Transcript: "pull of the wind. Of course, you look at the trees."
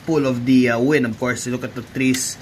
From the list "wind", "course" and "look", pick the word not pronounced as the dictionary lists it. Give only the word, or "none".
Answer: wind